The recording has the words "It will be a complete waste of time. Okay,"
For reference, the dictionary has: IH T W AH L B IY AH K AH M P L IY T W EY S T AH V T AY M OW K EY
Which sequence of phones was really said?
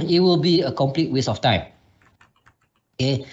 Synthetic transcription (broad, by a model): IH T W AH L B IY AH K AH M P L IY T W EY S AH F T AY M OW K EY